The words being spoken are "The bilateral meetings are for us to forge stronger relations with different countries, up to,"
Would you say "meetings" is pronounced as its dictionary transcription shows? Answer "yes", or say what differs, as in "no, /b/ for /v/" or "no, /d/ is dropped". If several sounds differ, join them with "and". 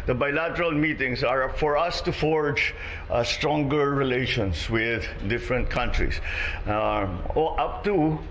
no, /s/ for /z/